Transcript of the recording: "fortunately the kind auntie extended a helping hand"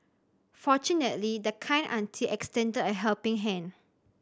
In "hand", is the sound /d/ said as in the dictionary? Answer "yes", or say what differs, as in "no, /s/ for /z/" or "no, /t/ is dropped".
no, /d/ is dropped